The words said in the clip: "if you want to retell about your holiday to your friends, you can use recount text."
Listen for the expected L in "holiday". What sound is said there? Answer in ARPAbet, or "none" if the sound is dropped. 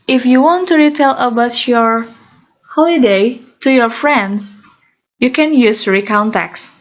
L